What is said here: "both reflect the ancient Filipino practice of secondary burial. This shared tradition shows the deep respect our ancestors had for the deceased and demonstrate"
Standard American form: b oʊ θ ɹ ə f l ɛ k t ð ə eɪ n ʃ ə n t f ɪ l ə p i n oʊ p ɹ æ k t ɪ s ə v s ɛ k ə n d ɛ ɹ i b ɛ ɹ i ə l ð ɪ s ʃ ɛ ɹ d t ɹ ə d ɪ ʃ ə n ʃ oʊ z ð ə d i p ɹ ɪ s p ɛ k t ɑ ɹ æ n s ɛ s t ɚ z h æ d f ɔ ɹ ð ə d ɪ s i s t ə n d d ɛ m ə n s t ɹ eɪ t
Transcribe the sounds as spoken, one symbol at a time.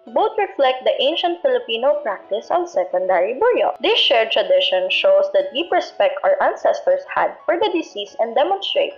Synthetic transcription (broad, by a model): b oʊ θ ɹ ə f l ɛ k t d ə eɪ n ʃ ə n t f ɪ l ə p i n oʊ p ɹ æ k t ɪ s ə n s ɛ k ə n d ɛ ɹ i b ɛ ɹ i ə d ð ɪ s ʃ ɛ ɹ t ɹ ə d ɪ ʃ ə n ʃ oʊ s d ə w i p ɹ ɪ s p ɛ k t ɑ ɹ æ n s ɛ s t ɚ s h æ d f ɔ ɹ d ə d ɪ s i s ə n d d ɛ m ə n s t ɹ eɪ t